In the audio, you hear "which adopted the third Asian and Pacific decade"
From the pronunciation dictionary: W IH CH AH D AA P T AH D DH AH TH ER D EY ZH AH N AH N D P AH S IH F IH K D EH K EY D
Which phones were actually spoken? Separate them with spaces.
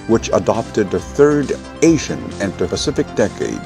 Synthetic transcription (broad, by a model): W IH CH AH D AA P T AH D DH AH TH ER D EY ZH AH N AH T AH P AH S IH F IH K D EH K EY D